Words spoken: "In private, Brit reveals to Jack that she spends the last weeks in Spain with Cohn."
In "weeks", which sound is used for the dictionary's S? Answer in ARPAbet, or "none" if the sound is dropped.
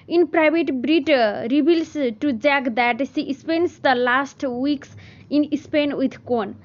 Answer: S